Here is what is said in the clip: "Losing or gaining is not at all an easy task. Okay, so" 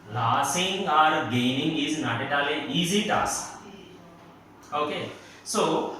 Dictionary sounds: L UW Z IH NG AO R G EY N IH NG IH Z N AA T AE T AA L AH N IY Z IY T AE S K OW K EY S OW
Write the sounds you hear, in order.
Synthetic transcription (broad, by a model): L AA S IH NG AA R G EY N IH NG IH Z N AA T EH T AA L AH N IY Z IY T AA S OW K EY S OW